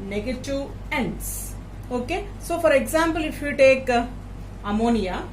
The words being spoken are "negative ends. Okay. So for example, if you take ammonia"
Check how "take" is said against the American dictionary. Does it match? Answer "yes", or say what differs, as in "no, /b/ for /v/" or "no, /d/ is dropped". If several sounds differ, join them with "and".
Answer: yes